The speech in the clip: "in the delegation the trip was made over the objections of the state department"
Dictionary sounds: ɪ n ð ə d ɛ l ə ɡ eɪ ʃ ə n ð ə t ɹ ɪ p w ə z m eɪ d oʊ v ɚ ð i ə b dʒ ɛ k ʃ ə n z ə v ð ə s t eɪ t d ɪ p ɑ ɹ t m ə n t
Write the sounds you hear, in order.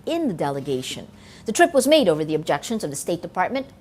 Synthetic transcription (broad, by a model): ɪ n ð ə d ɛ l ə ɡ eɪ ʃ ə n ð ə t ɹ ɪ p w ə z m eɪ d oʊ v ɚ ð i ə b dʒ ɛ k ʃ ə n z ə v ð ə s t eɪ t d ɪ p ɑ ɹ t m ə n t